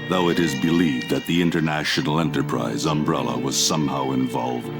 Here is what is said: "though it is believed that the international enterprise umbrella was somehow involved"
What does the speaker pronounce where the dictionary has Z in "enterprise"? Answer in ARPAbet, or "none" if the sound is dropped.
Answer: Z